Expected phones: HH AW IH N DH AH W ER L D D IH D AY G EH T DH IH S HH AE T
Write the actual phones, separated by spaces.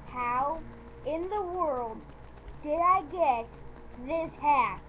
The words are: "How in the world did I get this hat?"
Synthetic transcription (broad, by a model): HH AW IH N DH AH W ER L D D IH D AY G EH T DH IH S HH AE